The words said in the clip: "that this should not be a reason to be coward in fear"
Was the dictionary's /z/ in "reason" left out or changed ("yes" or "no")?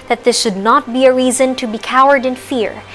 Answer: no